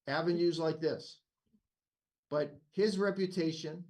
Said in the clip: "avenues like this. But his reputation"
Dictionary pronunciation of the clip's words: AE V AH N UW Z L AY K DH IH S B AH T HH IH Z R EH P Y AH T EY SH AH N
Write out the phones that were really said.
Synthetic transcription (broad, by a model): AE V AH N UW Z L AY K DH IH S B AH T HH IH Z R EH P Y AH T EY SH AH N